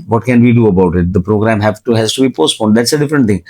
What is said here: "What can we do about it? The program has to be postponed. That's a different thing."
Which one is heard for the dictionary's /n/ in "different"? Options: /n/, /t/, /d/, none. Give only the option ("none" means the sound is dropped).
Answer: /n/